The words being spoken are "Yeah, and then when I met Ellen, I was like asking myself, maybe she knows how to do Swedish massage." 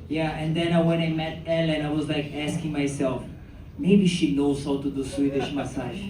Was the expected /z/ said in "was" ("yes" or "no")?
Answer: yes